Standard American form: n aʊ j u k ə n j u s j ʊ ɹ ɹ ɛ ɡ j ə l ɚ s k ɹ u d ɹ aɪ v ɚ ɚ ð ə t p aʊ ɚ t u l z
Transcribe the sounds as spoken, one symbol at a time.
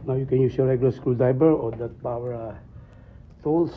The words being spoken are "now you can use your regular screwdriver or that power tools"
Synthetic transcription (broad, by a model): n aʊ j u k ə n j u s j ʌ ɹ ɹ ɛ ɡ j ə l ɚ s k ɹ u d aɪ b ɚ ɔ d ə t p aʊ ɚ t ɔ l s